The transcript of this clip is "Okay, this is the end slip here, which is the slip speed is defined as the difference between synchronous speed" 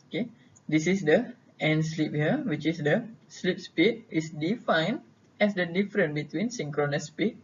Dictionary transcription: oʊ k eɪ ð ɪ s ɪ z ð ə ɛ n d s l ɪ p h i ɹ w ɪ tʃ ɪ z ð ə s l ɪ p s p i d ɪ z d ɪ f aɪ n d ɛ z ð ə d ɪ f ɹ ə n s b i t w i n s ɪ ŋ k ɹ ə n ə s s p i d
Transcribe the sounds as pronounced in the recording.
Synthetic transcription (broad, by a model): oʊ k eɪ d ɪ s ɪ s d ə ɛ n s l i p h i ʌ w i tʃ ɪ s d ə s l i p s p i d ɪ s d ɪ f aɪ n ɛ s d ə d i f ɹ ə n b i t w i n s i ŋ k ɹ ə n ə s s p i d